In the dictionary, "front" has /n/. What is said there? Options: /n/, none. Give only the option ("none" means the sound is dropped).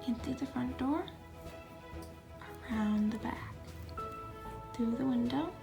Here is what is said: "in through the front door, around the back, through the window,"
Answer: /n/